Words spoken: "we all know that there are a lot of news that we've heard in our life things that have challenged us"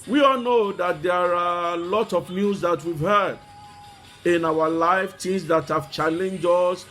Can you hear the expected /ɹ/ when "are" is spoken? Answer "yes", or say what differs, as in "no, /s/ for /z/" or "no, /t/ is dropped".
yes